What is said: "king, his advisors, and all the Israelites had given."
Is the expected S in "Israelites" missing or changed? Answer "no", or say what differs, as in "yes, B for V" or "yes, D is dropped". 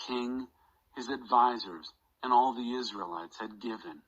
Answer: no